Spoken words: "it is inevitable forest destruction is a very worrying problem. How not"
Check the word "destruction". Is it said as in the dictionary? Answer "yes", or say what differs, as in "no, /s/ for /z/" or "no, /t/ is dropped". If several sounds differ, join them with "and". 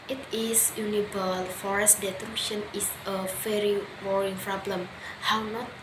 no, /s/ is dropped